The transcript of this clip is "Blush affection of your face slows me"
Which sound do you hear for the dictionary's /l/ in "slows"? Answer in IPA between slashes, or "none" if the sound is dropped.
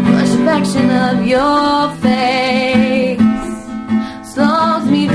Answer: none